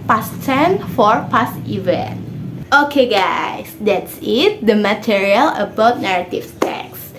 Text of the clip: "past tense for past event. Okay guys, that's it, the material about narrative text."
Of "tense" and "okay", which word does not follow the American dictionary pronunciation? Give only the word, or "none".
tense